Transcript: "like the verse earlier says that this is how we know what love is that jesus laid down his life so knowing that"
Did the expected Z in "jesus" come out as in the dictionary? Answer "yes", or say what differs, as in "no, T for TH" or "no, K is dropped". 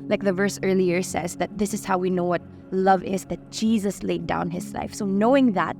yes